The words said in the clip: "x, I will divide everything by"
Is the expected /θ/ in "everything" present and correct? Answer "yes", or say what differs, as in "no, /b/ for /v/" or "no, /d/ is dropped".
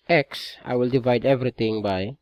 no, /t/ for /θ/